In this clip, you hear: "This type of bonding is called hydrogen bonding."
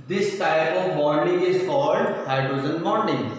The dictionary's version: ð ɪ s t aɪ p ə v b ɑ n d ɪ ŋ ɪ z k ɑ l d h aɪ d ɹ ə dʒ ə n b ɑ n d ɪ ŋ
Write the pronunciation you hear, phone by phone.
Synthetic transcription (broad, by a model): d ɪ s t aɪ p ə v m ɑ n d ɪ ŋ ɪ z k ɑ l d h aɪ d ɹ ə z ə n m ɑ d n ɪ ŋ